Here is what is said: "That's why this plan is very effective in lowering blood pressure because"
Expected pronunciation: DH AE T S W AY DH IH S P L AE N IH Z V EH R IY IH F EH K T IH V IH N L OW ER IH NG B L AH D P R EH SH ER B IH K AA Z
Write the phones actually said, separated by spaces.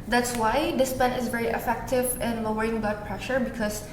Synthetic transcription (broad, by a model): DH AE T S W AY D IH S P EH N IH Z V EH R IY IH F EH K T IH V IH N L OW ER IH NG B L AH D P R EH SH ER B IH K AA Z